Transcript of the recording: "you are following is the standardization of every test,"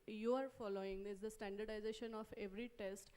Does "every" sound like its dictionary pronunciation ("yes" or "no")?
yes